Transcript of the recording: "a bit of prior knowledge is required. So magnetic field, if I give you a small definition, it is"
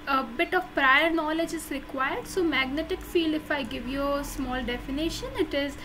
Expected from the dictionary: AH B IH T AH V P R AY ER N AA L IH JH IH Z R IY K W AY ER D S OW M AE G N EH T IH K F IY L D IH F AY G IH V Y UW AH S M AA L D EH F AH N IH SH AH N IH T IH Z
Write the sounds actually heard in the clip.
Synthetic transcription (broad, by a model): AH B IH T AH V P R AY ER N AA L IH JH IH Z R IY K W AY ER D S OW M AE G N EH T IH K F IY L IH F AY G IH V Y UW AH S M AA L D EH F AH N IH SH AH N IH T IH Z